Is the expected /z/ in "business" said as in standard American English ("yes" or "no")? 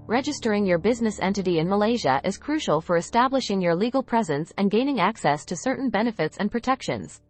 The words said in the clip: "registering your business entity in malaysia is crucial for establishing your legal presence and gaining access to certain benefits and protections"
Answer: yes